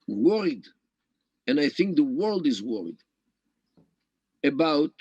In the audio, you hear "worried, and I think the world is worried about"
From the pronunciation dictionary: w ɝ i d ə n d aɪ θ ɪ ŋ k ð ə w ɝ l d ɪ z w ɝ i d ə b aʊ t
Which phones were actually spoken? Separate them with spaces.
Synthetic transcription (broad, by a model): w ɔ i d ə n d aɪ θ ɪ ŋ k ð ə w ɝ l d ɪ z w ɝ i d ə b aʊ t